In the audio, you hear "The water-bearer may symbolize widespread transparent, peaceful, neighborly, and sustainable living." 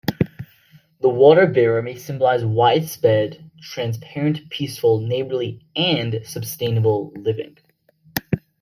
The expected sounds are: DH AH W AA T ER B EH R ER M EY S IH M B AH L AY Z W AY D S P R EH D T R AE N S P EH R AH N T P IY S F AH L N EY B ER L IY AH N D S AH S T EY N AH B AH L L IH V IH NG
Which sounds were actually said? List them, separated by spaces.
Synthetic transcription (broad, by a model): DH AH W AA T ER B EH R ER M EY S IH M B AH L AY Z W AY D S P EH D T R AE N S P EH R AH N P IY S F AH L N EY B ER L IY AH N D S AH S T EY N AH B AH L L IH V IH NG